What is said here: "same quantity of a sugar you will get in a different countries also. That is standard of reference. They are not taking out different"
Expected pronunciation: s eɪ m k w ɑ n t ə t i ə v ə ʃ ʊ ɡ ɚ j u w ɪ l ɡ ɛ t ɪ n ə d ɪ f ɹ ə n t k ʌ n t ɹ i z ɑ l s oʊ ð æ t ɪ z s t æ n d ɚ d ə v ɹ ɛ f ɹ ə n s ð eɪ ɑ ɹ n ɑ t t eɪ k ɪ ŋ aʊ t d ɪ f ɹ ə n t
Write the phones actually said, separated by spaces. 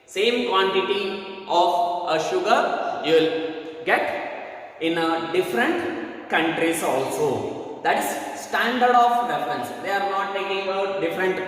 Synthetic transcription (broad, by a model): s eɪ m k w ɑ n t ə t i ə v ə ʃ ʊ ɡ ɚ j u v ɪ l ɡ ɛ t ɪ n ə d ɪ f ɹ ə n t k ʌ n t ɹ i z ɑ l s oʊ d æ t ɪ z s t æ n d ɚ d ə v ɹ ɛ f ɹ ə n s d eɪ ɑ ɹ n ɑ t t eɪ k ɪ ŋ aʊ t d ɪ f ɹ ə n t